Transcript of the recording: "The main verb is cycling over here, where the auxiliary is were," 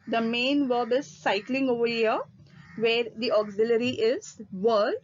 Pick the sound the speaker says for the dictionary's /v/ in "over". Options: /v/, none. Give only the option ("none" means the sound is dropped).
/v/